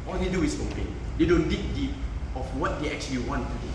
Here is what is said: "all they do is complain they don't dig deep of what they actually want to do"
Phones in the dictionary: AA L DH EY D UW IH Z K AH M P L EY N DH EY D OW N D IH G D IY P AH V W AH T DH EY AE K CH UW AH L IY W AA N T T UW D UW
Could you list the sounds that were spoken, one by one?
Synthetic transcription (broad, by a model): AA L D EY D UW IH S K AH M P EY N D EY D OW N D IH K D IY P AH F W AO T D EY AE K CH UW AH L IY W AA N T T UW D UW